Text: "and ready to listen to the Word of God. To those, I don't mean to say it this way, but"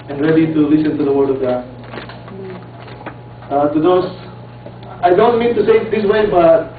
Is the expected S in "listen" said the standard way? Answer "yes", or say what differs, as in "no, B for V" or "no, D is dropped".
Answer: yes